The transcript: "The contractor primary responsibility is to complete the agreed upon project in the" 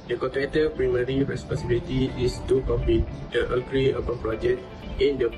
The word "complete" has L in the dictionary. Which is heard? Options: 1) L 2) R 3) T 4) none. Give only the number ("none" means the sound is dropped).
4